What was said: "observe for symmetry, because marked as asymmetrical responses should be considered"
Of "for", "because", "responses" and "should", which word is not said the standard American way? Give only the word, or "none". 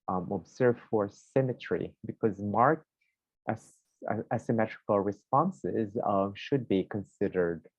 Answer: none